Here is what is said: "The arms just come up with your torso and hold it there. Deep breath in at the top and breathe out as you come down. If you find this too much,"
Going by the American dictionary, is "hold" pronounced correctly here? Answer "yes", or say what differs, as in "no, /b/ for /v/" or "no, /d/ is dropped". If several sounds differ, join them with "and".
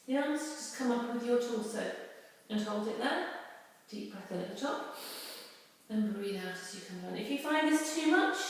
yes